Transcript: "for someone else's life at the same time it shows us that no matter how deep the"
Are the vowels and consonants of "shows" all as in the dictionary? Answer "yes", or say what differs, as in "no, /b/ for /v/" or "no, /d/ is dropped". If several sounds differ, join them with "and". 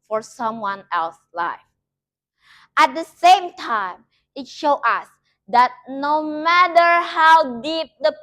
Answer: no, /z/ is dropped